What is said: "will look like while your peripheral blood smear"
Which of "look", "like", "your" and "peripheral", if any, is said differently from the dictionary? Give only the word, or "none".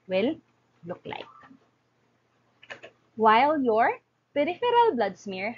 none